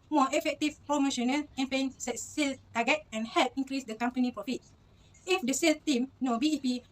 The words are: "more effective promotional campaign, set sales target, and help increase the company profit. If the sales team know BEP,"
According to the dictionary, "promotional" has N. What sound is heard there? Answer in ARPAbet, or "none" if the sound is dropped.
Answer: N